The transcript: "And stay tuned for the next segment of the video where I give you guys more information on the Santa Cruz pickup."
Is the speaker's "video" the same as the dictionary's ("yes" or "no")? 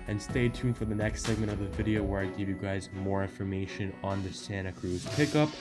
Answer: yes